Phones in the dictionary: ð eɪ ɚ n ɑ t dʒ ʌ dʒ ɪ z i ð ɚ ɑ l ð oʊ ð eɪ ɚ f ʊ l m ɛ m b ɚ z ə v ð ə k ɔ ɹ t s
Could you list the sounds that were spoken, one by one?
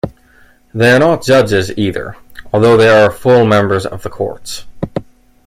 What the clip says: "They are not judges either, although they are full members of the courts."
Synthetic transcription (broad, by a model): ð eɪ ɚ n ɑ t dʒ ʌ dʒ ɪ z i ð ɚ ɑ l ð oʊ ð eɪ ɚ f ʊ l m ɛ m b ɚ z ə v ð ə k ɔ ɹ t s